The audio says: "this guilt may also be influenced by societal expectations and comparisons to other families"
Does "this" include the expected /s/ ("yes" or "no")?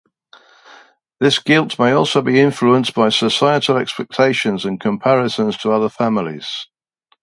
yes